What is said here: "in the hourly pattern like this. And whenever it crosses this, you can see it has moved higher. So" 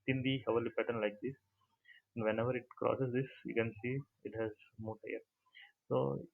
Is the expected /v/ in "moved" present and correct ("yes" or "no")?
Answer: no